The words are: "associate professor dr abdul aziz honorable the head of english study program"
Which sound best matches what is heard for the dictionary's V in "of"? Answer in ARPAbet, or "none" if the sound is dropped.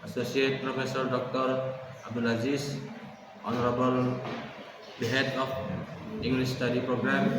P